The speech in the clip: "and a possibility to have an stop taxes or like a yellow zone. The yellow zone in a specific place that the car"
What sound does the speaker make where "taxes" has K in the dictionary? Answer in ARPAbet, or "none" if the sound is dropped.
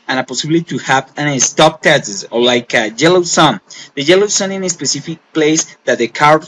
none